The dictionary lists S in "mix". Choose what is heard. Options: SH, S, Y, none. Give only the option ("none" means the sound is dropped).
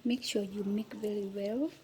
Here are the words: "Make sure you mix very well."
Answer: none